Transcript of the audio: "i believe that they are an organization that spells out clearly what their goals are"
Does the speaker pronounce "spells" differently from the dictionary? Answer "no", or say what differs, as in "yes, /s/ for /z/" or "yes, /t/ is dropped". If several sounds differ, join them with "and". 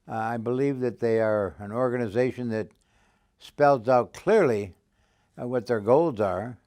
no